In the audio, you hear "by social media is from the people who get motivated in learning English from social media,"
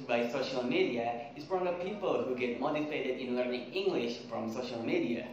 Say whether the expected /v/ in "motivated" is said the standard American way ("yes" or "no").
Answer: no